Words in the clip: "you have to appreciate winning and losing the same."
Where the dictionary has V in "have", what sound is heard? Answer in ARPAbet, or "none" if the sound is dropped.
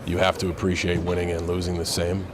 F